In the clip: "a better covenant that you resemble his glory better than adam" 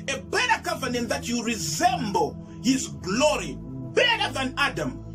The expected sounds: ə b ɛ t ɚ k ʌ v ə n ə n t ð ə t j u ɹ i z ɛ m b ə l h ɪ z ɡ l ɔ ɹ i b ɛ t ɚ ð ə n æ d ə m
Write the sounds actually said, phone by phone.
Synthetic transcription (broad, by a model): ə b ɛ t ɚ k ʌ v ə n ə n t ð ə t j u ɹ i z ɛ m b ə l h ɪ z ɡ l ɔ ɹ i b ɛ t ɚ ð ə n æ d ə m